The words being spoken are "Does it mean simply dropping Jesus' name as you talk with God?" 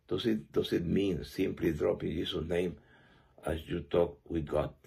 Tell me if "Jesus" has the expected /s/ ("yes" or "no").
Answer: no